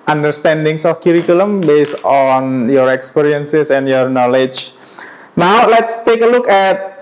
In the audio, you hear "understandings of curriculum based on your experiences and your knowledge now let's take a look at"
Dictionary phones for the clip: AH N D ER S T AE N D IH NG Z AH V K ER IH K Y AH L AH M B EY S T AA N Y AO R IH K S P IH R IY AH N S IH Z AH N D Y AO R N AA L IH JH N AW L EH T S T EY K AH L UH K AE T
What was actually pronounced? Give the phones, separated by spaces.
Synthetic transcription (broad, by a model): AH N D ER S T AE N D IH NG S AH F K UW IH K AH L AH M B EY S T AA N Y AO R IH K S P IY R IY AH N S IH S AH N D Y AO R N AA L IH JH N AW L EH T S T EY K AH L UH K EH T